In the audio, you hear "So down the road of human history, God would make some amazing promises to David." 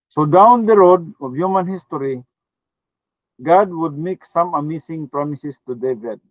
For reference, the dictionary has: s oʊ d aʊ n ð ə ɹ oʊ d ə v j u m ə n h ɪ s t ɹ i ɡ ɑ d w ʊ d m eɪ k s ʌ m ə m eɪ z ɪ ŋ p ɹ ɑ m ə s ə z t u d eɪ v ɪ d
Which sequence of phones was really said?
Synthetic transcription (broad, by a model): s oʊ d aʊ n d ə ɹ oʊ d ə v j u m ə n h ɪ s t ɹ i ɡ ɑ d w ʊ d m eɪ k s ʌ m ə m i s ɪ ŋ p ɹ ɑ m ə s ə s t u d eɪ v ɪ d